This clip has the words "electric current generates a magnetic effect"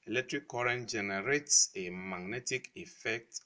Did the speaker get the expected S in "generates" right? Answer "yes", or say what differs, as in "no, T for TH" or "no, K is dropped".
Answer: yes